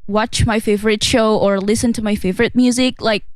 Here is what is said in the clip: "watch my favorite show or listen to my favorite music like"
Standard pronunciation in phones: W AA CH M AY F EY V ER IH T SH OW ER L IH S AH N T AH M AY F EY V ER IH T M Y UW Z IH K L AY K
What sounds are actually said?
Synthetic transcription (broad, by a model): W AA CH M AY F EY V ER IH T SH OW ER L IH S AH N T AH M AY F EY V ER IH T M Y UW Z IH K L AY K